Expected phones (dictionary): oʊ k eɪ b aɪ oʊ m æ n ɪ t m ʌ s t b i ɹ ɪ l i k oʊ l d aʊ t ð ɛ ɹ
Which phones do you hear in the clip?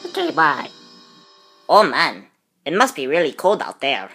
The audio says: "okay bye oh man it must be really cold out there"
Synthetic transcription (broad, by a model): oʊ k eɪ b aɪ oʊ m æ n ɪ t m ʌ s t b i ɹ ɪ l i k oʊ l d aʊ t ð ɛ ɹ